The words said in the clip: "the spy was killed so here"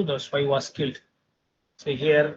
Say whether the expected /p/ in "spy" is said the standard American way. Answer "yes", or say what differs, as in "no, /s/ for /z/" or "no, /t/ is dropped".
no, /p/ is dropped